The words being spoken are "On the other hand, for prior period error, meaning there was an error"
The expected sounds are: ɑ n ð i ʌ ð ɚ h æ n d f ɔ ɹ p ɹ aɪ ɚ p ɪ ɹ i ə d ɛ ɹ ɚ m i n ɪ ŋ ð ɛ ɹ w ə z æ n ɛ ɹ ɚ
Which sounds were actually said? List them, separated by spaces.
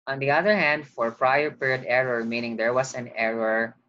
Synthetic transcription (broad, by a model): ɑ n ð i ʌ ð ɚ h æ n d f ɔ ɹ p ɹ aɪ ɚ p ɪ ɹ i ə d ɛ ɹ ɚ m i n ɪ ŋ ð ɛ ɹ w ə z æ n ɛ ɹ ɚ